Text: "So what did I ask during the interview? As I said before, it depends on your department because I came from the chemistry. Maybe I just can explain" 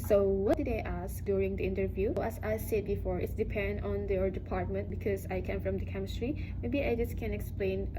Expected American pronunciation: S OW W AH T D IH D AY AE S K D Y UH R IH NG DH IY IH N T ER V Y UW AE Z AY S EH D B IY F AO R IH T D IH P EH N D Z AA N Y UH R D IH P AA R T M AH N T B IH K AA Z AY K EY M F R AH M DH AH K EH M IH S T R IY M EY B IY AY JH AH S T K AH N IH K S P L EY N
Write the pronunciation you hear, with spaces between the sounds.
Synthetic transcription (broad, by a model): S OW W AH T D IH D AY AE S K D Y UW R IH NG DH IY IH N T ER V Y UW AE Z AY S EH D B IY F AO R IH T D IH P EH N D AA N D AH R D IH P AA R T M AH N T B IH K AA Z AY K EY M F R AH M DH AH K EH M IH S T R IY M EY B IY AY JH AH S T K AH N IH K S P L EY N